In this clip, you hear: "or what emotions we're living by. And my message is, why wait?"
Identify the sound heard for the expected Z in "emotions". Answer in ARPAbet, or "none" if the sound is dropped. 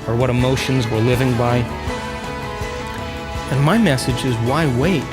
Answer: Z